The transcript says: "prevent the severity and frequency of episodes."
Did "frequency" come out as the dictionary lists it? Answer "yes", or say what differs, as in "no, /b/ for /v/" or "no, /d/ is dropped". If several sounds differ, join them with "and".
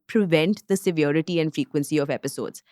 yes